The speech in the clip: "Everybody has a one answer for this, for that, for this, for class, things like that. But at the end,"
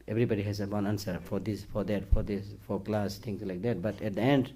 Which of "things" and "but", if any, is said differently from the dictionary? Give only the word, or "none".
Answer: things